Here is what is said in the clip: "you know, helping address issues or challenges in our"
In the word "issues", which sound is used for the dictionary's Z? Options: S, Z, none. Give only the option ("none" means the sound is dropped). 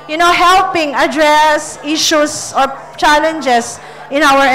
S